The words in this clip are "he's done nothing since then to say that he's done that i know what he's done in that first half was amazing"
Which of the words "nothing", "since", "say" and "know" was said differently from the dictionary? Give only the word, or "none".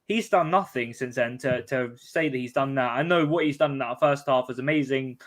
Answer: none